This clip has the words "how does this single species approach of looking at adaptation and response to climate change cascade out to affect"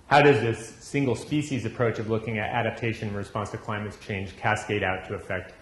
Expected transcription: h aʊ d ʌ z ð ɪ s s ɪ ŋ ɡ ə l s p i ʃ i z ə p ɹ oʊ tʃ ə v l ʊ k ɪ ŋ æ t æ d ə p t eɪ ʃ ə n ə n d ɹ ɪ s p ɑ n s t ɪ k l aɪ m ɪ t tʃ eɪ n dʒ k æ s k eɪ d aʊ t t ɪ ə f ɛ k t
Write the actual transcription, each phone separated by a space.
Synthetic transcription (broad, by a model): h aʊ d ʌ z ð ɪ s s ɪ ŋ ɡ l s p i ʃ i z ə p ɹ oʊ tʃ ə v l ʊ k ɪ ŋ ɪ t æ d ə p t eɪ ə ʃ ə n ɹ ɪ s p ɑ n s t ɪ k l aɪ m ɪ t tʃ eɪ n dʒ k æ s k eɪ d aʊ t t ɪ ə f ɛ k t